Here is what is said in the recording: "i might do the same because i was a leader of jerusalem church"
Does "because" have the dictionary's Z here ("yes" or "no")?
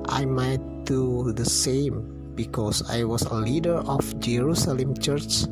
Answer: no